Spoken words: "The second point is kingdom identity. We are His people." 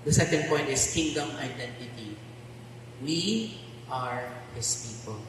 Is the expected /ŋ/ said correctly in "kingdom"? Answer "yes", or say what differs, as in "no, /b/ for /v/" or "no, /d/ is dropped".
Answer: yes